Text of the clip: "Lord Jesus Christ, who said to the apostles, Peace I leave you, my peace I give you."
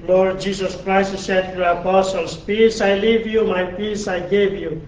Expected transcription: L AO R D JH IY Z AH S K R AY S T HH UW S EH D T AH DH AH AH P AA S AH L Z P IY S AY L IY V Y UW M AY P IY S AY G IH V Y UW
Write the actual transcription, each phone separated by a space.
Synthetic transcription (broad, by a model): L AO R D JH IY S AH S K R AY S T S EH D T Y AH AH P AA S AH L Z P IY S AY L IY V Y UW M AY P IY S AY G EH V Y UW